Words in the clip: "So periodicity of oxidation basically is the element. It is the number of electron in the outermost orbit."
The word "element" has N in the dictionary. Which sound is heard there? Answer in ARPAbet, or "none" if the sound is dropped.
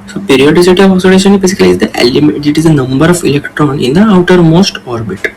none